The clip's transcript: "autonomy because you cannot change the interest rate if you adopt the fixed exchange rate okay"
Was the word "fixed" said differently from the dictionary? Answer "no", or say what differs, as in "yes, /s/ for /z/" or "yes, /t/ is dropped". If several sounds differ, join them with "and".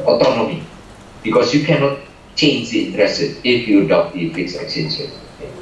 yes, /t/ is dropped